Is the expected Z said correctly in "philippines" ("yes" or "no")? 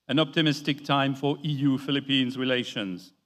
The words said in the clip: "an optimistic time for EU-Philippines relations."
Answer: yes